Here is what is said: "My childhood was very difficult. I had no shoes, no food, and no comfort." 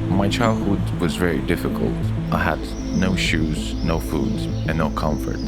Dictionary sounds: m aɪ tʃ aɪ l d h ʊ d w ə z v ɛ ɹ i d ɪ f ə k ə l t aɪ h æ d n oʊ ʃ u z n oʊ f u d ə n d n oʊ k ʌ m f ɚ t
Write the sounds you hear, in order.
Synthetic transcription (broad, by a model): m aɪ tʃ aɪ l d h ʊ d w ə z v ɛ ɹ i d ɪ f ə k ə l t aɪ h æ d n oʊ ʃ u z n oʊ f u d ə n n oʊ k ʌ m f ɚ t